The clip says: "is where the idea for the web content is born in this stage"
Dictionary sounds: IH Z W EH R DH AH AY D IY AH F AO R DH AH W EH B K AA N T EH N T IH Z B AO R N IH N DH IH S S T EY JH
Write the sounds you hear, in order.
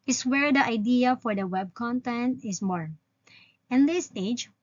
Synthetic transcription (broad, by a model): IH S W EH R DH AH AY D IY AH F AO R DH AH W EH B K AA N T EH N T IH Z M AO R IH N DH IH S S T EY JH